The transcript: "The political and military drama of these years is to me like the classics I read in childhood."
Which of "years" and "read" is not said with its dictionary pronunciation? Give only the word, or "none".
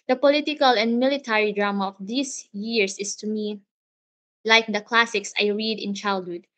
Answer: years